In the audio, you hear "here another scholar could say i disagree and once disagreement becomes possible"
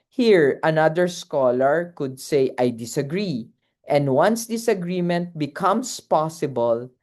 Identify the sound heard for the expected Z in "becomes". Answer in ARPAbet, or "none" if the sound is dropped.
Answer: S